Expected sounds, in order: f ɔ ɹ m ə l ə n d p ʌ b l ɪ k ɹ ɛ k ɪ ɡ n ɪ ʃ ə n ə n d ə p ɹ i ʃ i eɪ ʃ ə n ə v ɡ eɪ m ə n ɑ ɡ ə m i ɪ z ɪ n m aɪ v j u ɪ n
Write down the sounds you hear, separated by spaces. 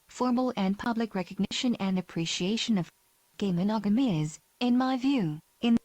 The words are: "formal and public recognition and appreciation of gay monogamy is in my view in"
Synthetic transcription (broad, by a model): f ɔ ɹ m l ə n p ʌ b l ɪ k ɹ ɛ k ɪ ɡ n ɪ ʃ ə n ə n ə p ɹ i ʃ i eɪ ʃ ə n ə v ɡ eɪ m ə n ɑ ɡ ə m i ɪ z ɪ n m aɪ v j u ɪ n